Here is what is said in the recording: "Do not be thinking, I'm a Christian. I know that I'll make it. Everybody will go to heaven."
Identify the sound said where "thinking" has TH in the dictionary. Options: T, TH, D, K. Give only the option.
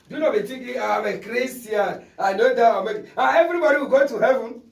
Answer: T